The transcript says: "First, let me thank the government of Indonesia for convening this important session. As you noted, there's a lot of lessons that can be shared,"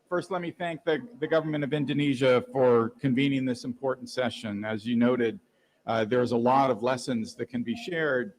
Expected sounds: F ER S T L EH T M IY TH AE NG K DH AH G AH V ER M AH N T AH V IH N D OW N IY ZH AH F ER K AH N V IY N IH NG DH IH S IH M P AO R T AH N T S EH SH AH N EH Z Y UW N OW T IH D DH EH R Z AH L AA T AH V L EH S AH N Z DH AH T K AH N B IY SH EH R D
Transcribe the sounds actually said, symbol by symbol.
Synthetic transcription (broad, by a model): F ER S T L EH T M IY TH AE NG K DH AH G AH V ER M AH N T AH V IH N D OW N IY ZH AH F ER K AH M V IY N IH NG DH IH S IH M P AO R T N T S EH SH AH N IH Z Y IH N OW T IH D DH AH R Z AH L AA T AH V L EH S AH N Z DH AH T K AH N B IY SH EH R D